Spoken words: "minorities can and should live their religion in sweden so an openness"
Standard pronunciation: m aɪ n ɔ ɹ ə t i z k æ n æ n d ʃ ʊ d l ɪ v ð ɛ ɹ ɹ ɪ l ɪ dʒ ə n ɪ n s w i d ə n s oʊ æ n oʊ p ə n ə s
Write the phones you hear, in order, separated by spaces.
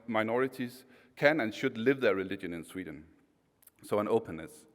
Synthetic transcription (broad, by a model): m aɪ n ɔ ɹ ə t i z k æ n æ n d ʃ ʊ d l ɪ v ð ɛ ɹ ɹ ɪ l ɪ dʒ ə n ɪ n s w i d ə n s oʊ æ n oʊ p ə n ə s